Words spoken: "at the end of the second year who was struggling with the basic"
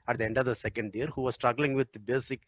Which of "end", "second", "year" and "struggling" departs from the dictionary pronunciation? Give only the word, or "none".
none